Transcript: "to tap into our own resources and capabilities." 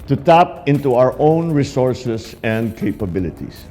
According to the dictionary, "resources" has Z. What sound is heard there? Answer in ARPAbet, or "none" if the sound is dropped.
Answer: S